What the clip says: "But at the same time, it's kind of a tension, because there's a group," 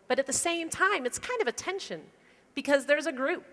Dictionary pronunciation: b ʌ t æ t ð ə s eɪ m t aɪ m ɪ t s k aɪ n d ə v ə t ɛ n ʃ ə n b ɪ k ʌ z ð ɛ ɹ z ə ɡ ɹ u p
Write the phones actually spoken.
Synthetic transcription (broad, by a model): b ʌ t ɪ t ð ə s eɪ m t aɪ m ɪ t s k aɪ n d ə v ə t ɛ n ʃ ə n b ɪ k ʌ z ð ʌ ɹ z ə ɡ ɹ u p